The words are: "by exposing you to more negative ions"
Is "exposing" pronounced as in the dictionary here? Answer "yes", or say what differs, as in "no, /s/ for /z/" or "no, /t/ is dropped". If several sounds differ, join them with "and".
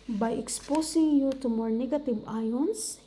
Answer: no, /s/ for /z/